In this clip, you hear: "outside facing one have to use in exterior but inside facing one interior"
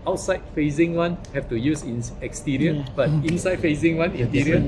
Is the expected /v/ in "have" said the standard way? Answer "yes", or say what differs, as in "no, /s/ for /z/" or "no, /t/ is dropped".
no, /f/ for /v/